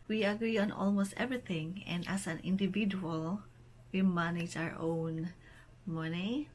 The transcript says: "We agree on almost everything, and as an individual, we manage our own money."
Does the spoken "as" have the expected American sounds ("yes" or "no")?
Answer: no